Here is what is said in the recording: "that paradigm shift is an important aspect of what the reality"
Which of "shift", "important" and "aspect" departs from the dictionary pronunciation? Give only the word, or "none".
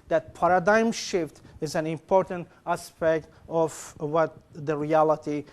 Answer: none